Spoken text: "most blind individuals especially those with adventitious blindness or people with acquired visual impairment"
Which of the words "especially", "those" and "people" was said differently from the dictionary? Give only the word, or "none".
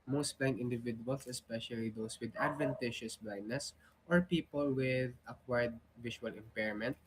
those